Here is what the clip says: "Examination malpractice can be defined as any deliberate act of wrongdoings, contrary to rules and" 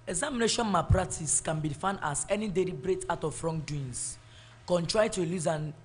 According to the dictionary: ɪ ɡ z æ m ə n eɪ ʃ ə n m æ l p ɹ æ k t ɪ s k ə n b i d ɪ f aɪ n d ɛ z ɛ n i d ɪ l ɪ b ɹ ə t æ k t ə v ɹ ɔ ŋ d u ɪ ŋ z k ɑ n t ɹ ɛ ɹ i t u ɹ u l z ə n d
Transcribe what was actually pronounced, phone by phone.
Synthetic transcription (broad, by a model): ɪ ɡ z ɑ m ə n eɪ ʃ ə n m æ p ɹ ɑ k t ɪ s k ə n b i f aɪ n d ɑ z ɛ n i d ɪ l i b ɹ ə t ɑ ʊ t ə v ɹ ɔ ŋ d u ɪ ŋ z k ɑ n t ɹ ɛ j t u l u z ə n